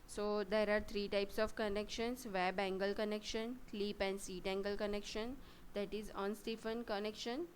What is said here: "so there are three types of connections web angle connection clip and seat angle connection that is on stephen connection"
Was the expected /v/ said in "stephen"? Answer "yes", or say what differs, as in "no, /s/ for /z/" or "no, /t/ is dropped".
no, /f/ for /v/